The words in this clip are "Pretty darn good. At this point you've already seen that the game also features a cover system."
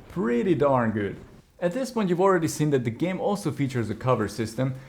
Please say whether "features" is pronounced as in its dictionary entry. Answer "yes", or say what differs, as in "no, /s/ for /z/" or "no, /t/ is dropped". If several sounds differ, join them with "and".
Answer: yes